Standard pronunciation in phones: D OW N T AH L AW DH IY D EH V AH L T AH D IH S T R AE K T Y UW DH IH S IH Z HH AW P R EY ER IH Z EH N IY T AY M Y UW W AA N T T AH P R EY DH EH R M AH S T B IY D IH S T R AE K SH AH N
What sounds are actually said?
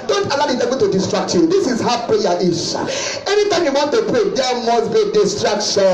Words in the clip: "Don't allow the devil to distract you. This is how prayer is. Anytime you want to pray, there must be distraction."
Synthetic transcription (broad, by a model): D OW N T AH L AW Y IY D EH B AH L T AH D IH S T R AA K T Y UW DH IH S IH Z HH AW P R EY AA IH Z EH N IY T AY M Y UW W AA N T T AH P R EY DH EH M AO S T B IY D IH S T R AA K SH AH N